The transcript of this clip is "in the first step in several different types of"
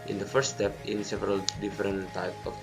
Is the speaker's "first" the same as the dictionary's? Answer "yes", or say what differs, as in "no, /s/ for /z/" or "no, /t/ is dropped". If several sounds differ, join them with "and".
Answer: no, /s/ is dropped